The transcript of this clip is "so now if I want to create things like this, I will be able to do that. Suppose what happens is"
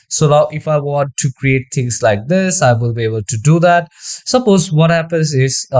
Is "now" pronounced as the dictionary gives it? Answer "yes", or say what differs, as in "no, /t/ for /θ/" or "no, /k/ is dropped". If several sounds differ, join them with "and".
no, /l/ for /n/